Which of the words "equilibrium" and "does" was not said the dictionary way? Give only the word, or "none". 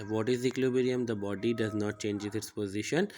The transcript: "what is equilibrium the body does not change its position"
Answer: equilibrium